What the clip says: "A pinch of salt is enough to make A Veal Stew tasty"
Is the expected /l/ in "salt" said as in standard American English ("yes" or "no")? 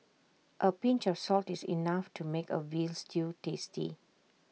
yes